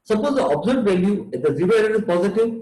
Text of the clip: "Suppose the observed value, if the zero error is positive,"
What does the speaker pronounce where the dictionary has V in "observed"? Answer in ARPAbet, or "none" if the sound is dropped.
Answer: none